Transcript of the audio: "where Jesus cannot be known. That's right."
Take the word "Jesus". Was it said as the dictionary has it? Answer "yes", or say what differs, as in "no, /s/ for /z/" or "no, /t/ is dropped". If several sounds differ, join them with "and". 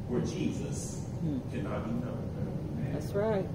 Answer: yes